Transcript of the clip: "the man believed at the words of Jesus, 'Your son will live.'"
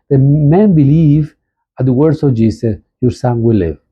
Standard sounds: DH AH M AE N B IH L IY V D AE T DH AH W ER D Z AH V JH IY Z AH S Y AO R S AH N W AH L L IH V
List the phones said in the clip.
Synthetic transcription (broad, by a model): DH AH M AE N B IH L IY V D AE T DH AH W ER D S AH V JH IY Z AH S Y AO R S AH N W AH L L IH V